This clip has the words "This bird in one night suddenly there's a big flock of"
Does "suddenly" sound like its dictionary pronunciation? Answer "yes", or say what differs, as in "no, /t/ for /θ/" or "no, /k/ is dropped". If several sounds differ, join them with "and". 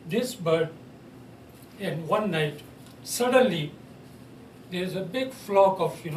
yes